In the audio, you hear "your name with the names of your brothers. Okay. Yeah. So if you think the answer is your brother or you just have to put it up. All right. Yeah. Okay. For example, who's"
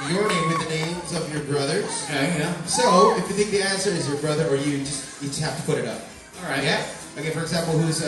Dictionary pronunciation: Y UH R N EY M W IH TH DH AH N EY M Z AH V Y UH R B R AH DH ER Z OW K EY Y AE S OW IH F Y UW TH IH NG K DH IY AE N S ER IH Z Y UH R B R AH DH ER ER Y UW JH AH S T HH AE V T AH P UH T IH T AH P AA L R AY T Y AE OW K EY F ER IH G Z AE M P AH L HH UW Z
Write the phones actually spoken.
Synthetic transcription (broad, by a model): Y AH R N EY M W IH DH AH N EY M Z AH V Y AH R B R AH DH ER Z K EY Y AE S OW IH F Y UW TH IH NG K DH IY AE N S ER IH Z Y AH R B R AH DH ER ER Y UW JH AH S T HH AE F T AH P UH T IH T AH P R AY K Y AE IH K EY F ER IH G Z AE M P L HH UW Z